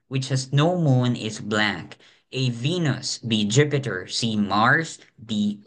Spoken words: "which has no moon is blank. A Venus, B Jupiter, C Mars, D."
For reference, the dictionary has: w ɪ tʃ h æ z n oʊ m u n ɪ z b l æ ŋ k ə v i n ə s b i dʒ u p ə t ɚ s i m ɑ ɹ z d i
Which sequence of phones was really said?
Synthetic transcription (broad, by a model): w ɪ tʃ h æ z n oʊ m u n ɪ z b l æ k ə v i n ə s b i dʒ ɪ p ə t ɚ s i m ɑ ɹ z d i